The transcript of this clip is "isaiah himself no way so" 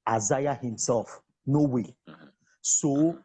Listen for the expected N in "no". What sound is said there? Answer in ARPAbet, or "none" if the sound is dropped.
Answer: N